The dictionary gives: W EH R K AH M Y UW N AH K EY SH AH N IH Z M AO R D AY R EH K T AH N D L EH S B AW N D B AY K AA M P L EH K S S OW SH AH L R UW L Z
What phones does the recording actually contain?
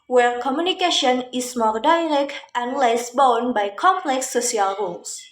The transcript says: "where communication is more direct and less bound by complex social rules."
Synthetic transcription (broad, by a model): W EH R K AH M Y UW N AH K EY SH AH N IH S M AO R D AY R EH K T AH N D L EH S B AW N B AY K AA M P L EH K S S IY AH L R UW L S